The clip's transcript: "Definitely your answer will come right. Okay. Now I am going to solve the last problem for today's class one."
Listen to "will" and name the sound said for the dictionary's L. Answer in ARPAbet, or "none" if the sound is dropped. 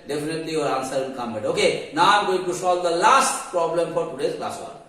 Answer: N